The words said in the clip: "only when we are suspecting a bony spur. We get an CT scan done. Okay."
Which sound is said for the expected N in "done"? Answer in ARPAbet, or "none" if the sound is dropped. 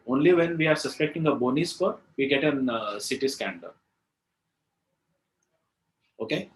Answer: none